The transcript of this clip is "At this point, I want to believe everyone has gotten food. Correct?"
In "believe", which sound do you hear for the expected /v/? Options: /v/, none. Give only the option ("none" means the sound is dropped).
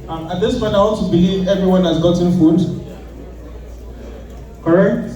/v/